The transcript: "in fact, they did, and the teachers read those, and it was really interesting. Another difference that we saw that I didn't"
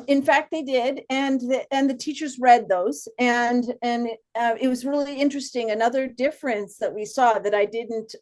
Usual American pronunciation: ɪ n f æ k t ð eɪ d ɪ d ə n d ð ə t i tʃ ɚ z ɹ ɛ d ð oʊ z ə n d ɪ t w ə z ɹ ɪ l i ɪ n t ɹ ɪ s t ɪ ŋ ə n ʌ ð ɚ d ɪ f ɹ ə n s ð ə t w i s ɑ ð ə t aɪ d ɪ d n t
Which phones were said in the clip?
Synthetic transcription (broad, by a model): ɪ n f æ k t ð eɪ d ɪ d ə n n ð ə t i tʃ ɚ z ɹ ɛ d ð oʊ z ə n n ɪ t w ə z ɹ ɪ l i ɪ n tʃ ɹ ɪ s t ɪ ŋ ə n ʌ ð ɚ d ɪ f ɹ ə n s ð ə t w i s ɑ ð ə t aɪ d ɪ d n t